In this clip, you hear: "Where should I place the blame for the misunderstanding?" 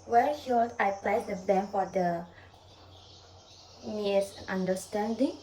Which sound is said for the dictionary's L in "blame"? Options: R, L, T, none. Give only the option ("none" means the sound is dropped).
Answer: none